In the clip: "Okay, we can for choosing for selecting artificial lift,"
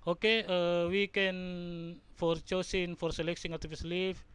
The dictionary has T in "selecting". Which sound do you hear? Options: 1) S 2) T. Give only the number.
1